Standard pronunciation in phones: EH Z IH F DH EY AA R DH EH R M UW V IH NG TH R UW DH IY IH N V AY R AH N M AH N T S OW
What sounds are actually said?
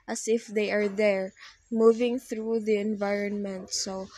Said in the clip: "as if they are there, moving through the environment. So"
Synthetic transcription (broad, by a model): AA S IH F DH EY AA R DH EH R M UW V IH NG TH R UW DH IY IH N V AY R AH N M AH N T S OW